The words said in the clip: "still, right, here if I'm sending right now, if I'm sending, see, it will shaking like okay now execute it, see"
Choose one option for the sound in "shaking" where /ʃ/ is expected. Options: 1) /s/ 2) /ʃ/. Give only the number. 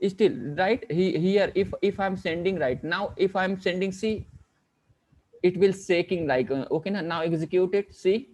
1